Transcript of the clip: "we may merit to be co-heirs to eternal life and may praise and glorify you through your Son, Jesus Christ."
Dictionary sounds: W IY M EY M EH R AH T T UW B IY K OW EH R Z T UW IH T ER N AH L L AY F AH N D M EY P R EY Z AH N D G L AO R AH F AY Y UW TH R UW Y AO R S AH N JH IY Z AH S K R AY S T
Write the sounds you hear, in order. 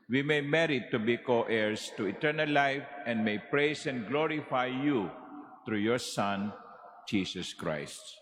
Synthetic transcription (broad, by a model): W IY M EY M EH R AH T T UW B IY K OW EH R S T UW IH T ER N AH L L AY F AH N D M EY P R EY S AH N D G L AO R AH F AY Y UW T R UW Y AO R S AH N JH IY S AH S K R AY S T